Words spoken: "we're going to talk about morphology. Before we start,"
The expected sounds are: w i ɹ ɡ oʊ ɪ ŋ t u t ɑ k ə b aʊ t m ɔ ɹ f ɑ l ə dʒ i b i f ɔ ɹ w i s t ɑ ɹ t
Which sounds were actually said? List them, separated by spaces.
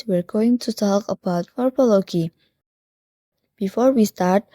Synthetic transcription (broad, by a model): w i ɹ ɡ oʊ ɪ ŋ t u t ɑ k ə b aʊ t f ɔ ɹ p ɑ l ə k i b i f ɔ ɹ w i s t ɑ ɹ t